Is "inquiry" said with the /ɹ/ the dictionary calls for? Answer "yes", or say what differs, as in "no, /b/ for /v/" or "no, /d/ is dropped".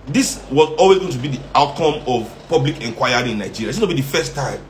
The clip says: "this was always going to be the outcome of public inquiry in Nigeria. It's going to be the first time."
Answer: no, /ɹ/ is dropped